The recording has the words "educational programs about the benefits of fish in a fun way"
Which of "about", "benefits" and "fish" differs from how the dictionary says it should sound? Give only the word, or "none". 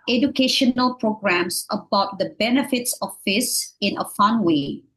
fish